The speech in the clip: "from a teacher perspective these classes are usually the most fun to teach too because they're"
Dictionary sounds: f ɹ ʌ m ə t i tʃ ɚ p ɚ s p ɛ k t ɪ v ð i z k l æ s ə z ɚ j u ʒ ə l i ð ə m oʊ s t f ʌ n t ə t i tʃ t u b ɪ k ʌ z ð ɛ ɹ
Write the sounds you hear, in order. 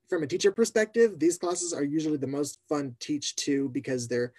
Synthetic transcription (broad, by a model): f ɹ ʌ m ə t i tʃ ɚ p ɚ s p ɛ k t ɪ v ð i z k l æ s ə z ɚ j u ʒ l i ð ə m oʊ s t f ʌ n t t i tʃ t u b ɪ k ʌ z ð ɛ ɹ